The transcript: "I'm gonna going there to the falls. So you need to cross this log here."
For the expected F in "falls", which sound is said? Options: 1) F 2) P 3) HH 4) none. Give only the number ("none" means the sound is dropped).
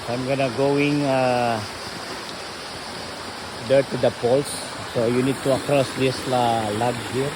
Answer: 2